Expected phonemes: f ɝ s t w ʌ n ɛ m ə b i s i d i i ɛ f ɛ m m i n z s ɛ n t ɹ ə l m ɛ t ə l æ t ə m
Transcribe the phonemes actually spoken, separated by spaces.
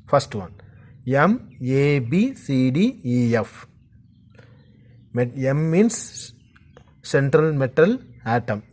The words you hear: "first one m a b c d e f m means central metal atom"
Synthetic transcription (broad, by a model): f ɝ s t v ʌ n ɛ m ə b i s i d i i ɛ f m m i n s s ɛ n t ɹ ə l m ɛ t ə l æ t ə m